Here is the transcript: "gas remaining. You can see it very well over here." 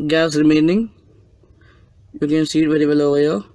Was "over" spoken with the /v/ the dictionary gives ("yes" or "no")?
no